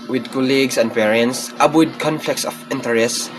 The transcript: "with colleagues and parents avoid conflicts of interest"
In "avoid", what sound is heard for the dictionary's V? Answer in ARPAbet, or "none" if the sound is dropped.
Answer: P